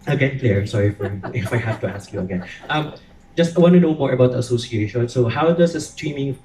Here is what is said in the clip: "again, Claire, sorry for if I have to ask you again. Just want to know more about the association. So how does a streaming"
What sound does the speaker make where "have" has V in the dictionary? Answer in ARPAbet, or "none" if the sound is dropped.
F